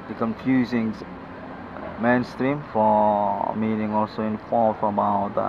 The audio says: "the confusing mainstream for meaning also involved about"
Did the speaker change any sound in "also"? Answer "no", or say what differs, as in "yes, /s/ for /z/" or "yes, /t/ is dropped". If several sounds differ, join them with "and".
no